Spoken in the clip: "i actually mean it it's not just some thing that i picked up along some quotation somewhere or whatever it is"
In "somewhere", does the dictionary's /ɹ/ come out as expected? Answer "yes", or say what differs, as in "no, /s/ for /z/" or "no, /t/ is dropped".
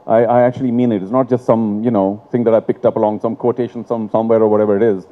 yes